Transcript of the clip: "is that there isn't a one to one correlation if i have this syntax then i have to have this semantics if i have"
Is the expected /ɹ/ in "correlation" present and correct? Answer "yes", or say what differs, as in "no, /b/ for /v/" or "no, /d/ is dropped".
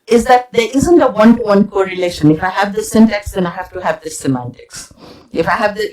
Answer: yes